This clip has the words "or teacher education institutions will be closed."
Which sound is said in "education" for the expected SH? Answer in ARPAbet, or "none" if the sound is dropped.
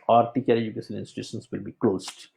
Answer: S